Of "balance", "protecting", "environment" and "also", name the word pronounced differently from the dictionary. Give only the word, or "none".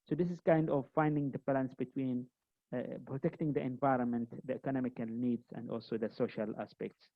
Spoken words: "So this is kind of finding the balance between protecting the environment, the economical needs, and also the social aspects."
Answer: none